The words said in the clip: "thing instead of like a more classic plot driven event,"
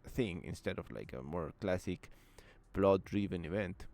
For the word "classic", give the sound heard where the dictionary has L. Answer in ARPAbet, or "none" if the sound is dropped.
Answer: L